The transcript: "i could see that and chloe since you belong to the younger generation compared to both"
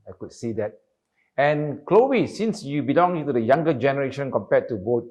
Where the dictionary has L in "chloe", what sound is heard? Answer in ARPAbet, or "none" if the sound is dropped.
L